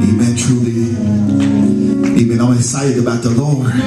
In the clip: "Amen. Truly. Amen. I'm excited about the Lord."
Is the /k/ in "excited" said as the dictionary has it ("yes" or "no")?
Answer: no